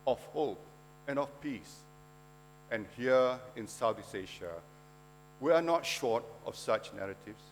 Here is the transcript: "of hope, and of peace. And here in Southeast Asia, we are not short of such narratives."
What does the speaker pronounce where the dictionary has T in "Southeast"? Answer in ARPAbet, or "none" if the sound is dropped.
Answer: none